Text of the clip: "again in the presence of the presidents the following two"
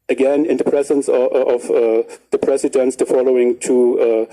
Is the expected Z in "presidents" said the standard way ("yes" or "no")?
no